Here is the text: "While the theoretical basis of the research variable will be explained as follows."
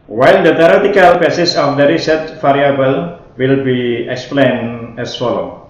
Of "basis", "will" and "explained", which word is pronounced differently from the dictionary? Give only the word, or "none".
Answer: explained